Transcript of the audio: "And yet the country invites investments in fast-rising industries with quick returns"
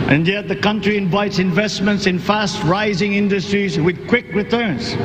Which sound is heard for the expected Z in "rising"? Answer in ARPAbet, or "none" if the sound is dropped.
Z